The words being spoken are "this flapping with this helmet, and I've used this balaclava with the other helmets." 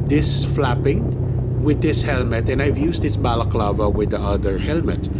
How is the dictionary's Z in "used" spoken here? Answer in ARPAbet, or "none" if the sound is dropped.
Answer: S